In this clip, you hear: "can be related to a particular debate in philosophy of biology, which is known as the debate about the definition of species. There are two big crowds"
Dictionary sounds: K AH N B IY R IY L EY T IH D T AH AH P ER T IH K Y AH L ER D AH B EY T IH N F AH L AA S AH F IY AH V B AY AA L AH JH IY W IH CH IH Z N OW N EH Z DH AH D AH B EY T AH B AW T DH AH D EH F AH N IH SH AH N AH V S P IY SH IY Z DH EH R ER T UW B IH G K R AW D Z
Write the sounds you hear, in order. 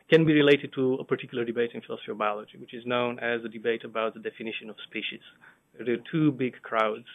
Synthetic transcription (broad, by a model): K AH N B IY R IY L EY T IH D T AH AH P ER T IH K Y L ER D AH B EY T IH N F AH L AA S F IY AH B AY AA L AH JH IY W IH CH IH Z N OW N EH Z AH D AH B EY T AH B AW T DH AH D EH F AH N IH SH AH N AH V S P IY SH IY Z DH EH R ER T UW B IH G K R AW D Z